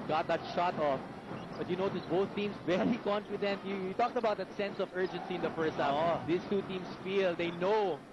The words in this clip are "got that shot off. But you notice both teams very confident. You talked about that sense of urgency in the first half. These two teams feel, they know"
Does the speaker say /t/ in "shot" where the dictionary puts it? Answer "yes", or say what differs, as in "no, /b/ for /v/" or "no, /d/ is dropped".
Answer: yes